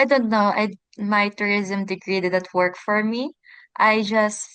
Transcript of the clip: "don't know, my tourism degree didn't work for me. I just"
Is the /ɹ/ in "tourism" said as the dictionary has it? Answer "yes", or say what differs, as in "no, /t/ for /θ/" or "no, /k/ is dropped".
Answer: yes